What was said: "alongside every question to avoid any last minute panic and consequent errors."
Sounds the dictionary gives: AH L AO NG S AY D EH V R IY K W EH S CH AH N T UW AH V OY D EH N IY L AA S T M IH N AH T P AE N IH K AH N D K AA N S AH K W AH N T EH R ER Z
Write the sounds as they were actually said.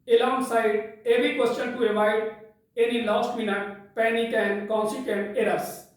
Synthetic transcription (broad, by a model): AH L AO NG S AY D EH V IY K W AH S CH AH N T UW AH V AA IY EH N IY L AA S T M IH N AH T P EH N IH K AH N K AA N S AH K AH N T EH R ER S